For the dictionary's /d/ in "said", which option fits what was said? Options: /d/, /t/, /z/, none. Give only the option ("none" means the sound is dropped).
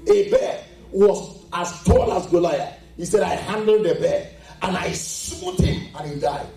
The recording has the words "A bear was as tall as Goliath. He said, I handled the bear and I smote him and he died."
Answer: /d/